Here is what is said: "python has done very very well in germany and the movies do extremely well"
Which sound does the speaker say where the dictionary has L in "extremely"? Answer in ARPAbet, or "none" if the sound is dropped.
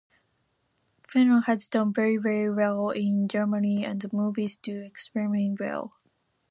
none